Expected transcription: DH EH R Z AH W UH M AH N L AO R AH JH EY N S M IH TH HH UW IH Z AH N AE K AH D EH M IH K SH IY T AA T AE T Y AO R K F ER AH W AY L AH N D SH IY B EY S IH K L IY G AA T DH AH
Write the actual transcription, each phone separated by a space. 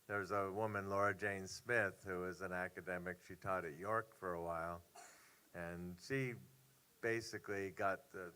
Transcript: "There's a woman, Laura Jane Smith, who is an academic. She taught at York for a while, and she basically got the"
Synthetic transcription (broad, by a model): DH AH R Z AH W UH M AH N L AO R AH JH EY N S M IH TH HH UW IH Z AH N AE K AH D EH M IH K SH IY T AA T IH T Y AO R K F ER AH W AY L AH N SH IY B EY S IH K L IY G AA T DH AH